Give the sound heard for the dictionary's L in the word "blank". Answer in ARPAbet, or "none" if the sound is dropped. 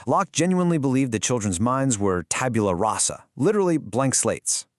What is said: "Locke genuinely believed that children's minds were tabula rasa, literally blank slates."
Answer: L